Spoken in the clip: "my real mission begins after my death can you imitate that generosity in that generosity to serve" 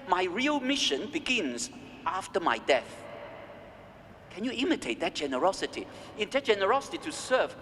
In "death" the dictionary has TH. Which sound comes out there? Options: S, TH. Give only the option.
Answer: TH